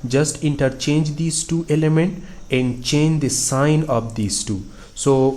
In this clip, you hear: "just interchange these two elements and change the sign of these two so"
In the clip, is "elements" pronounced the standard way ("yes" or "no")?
no